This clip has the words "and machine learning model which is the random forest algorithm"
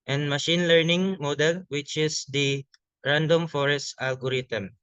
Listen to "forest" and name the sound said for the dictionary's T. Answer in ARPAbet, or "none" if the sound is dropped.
T